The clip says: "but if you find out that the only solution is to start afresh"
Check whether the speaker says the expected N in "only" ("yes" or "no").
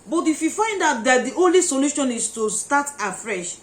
yes